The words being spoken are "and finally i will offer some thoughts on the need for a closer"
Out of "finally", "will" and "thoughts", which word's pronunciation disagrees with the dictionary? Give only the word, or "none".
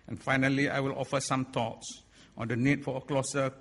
thoughts